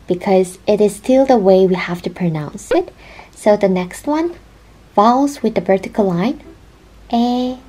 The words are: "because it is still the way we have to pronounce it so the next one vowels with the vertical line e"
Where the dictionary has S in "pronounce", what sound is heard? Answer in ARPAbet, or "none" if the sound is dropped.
S